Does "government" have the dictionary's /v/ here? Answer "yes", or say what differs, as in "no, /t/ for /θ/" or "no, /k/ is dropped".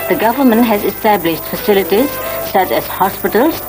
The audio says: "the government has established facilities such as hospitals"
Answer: yes